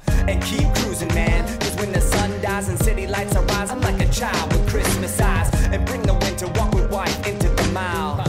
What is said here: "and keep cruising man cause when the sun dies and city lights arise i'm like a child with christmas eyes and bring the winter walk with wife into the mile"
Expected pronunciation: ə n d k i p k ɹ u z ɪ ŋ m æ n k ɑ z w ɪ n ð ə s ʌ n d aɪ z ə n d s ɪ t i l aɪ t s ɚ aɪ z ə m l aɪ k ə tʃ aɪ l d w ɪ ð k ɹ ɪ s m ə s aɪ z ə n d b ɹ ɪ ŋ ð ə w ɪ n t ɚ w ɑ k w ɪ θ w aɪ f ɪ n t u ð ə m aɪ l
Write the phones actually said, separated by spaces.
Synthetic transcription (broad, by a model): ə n k i p k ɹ u z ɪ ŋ m æ n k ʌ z w ɪ n ð ə s ʌ n d aɪ z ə n s ɪ t i l aɪ t s ɚ aɪ z ə m l aɪ k ə tʃ aɪ l d w ɪ ð k ɹ ɪ s m ə s aɪ z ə n b ɹ ɪ ŋ ð ə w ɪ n t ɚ w ɑ k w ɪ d w aɪ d ɪ n t u ð ə m aɪ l